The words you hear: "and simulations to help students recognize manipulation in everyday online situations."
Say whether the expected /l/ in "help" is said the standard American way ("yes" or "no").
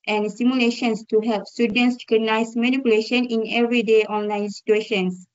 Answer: yes